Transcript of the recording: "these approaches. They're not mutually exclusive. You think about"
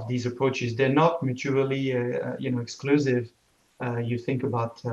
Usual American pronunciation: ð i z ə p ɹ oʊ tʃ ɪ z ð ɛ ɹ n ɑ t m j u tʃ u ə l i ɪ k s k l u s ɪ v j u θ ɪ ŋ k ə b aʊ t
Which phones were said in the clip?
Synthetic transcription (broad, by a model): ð i z ə p ɹ oʊ tʃ ɪ z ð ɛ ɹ n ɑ t m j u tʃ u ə n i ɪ k s k l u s ɪ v j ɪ θ ɪ ŋ k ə b aʊ t